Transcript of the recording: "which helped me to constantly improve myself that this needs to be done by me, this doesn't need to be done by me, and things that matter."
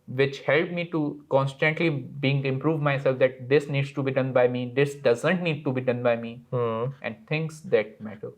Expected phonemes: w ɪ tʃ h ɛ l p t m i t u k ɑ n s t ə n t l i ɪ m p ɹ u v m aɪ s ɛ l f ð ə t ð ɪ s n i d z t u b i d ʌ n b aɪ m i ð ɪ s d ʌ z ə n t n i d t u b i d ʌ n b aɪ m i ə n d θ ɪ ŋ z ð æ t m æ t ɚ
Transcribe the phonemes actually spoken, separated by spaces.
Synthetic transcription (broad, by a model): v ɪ tʃ h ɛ l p m i t u k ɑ n s t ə n t l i ɪ m p ɹ u v m aɪ s ɛ l f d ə t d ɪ s n i d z t u b i d ʌ n b aɪ m i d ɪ s d ʌ z ə n t n i d t u b i d ʌ n b aɪ m i ə n d t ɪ ŋ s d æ t m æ t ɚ